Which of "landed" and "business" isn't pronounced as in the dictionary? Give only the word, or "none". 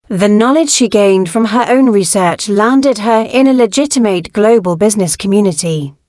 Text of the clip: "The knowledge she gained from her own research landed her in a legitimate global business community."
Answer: none